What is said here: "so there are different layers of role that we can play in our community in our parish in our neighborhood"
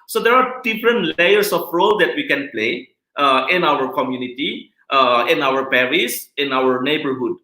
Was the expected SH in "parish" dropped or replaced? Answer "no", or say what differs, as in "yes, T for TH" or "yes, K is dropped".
yes, S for SH